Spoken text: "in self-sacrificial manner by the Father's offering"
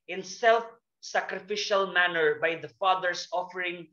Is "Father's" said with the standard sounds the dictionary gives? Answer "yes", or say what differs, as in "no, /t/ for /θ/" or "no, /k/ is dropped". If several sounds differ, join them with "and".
no, /s/ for /z/